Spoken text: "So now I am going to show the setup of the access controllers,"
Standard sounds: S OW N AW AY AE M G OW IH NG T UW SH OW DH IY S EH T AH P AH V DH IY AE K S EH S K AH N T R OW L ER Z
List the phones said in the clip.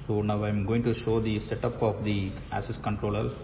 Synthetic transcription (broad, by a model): S OW N AW AY M G OW IH NG T UW SH OW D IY S EH T AH P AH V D IY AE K S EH S K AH N T R OW L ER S